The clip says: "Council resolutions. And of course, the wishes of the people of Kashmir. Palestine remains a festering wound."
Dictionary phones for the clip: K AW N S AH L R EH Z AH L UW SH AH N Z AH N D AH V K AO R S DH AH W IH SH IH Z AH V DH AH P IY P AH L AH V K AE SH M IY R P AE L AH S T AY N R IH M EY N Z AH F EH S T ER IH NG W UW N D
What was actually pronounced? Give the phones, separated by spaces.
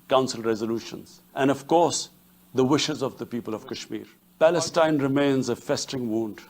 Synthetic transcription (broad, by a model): K AW N S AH L R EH Z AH L UW SH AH N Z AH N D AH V K AO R S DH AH W IH SH IH Z AH V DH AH P IY P AH L AH V K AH SH M IY R P AE L AH S T AY N R IH M EY N Z AH F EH S T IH NG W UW N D